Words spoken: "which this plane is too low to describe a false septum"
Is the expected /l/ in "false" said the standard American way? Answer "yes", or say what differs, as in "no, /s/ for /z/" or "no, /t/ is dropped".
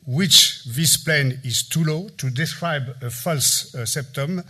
yes